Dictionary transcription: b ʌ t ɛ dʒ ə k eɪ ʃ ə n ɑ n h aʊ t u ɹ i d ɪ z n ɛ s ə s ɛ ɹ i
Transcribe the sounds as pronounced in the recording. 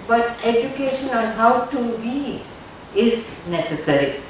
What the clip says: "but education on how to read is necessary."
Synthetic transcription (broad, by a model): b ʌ t ɛ dʒ ə k eɪ ʃ ə n ɑ n h aʊ t u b i ɪ z n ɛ s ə s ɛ ɹ i